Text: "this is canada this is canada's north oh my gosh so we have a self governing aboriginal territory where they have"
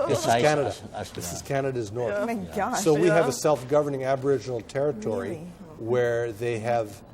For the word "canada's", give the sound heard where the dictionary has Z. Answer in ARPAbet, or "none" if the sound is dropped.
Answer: Z